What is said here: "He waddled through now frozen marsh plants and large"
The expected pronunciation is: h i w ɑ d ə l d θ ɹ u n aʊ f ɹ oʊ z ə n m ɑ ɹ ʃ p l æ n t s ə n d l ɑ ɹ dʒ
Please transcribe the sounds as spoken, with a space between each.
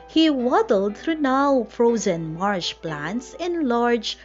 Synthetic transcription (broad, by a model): h i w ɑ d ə l d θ ɹ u n aʊ f ɹ oʊ z ə n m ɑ ɹ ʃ p l æ n t s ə n l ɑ ɹ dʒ